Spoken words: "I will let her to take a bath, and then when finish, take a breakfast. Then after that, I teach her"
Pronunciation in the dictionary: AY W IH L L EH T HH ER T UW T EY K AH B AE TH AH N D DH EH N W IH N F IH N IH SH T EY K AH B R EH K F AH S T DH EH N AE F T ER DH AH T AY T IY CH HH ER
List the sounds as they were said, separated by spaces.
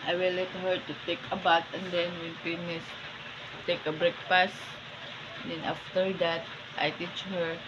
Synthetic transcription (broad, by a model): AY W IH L L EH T HH ER T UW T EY K AH B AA T AH N D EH N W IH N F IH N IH S T EY K AH B R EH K P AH S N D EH N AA F T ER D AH T AY T IY CH HH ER